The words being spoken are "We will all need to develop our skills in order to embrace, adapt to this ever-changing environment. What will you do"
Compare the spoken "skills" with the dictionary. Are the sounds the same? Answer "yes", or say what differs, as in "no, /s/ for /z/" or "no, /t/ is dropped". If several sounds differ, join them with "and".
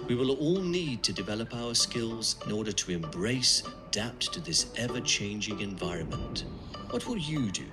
yes